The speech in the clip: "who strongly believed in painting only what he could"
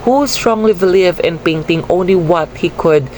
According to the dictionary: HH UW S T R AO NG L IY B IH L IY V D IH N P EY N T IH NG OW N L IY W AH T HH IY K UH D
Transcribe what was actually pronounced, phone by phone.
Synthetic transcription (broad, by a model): HH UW S T R AO NG L IY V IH L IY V IH N P EY N T IH NG OW N L IY W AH T HH IY K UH D